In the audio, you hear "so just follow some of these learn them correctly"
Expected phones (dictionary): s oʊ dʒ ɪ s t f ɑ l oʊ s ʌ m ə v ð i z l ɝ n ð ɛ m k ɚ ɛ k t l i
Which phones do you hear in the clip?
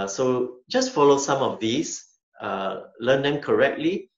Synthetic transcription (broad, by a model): s oʊ dʒ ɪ s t f ɑ l oʊ s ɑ m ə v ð i s l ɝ n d ɛ m k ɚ ɛ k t l i